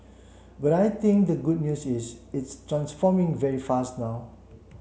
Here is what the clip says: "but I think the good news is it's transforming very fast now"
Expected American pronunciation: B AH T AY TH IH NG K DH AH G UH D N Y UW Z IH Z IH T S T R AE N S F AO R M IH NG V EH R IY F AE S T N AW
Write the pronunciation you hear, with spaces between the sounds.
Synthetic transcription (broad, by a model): B AH T AY T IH NG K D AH G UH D N Y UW S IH S IH T S T R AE N S F AO M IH NG V EH R IY F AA S T N AW